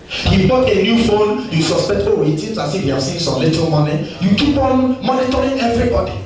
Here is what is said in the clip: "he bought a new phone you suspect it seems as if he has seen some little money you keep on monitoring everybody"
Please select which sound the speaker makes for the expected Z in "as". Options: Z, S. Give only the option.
S